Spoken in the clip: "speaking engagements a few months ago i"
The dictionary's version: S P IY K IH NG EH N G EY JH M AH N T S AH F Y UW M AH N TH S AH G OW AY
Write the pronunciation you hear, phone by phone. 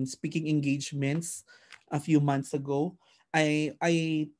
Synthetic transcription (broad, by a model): S P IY K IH NG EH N G EY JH M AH N T S AH F Y UW M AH N T S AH G OW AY